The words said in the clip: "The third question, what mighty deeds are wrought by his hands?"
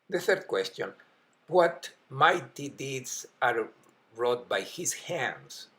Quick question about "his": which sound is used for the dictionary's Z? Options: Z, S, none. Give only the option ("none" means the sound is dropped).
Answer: S